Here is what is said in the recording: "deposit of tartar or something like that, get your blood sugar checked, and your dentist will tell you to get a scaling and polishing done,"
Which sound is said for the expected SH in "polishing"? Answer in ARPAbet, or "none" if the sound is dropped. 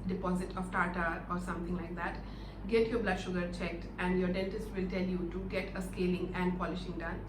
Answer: SH